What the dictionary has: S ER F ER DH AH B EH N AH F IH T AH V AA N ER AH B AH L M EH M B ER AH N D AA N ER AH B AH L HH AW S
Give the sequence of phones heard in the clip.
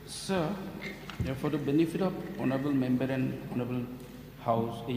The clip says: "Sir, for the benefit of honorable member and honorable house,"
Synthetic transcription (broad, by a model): S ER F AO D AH B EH N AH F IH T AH P AA N ER AH B AH L M EH M B ER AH N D AA N ER AH B AH L HH AW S